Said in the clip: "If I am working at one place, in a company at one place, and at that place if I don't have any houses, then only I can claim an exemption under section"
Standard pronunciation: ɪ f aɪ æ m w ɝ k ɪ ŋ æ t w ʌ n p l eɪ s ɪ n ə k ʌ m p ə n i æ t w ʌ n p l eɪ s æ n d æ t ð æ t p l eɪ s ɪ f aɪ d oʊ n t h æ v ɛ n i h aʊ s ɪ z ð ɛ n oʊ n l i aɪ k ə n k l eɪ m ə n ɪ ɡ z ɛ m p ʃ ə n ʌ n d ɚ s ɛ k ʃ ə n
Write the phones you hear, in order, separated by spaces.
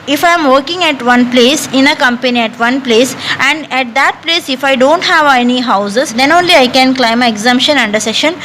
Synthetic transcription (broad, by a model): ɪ f aɪ m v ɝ k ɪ ŋ æ t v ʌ n p l eɪ s ɪ n ə k ʌ m p ə n i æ t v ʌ n p l eɪ s æ n d æ t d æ t p l eɪ s ɪ f aɪ d oʊ n t h æ v ɛ n i h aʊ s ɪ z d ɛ n oʊ n l i aɪ k ə n k l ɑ ə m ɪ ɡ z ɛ m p ʃ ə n ʌ n d ɚ s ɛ ʃ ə n